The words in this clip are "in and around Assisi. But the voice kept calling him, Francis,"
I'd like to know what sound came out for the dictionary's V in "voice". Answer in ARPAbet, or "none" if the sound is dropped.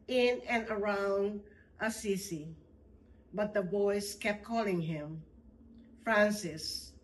B